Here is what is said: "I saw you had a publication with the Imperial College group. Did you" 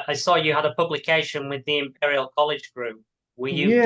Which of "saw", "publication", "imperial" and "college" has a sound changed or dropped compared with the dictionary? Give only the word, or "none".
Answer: none